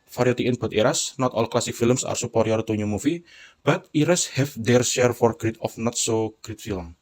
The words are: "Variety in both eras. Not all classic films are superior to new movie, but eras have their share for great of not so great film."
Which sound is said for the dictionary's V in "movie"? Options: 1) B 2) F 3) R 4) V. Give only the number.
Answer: 2